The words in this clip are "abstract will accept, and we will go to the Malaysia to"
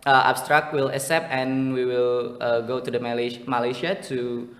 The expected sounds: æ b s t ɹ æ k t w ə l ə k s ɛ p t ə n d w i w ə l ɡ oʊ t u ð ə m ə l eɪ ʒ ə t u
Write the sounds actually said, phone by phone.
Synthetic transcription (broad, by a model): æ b s t ɹ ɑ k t w ə l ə s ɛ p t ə n w i w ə l ɡ oʊ t u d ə m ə l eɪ ʃ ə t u